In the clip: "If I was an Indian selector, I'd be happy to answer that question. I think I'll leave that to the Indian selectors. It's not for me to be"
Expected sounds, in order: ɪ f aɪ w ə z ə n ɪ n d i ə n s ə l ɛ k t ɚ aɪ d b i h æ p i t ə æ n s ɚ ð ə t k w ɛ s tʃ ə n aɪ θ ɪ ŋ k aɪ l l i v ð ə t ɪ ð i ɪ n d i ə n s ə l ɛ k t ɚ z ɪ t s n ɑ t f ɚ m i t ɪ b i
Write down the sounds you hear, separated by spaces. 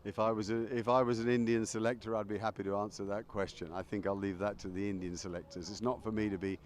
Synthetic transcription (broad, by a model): ɪ f aɪ w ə z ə n ɪ n d i ə n s ə l ɛ k t ɚ aɪ d b i h æ p i t ə æ n s ɚ ð ə t k w ɛ s tʃ ə n aɪ θ ɪ ŋ k aɪ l l i v ð ə t ɪ ð i ɪ n d i ə n s ə l ɛ k t ɚ z ɪ t s n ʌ t f ɚ m i t ɪ b i